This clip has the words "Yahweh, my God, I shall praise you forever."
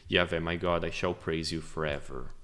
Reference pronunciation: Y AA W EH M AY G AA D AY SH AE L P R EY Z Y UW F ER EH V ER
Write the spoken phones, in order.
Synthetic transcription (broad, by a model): Y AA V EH M AY G AA D AY SH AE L P R EY Z Y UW F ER EH V ER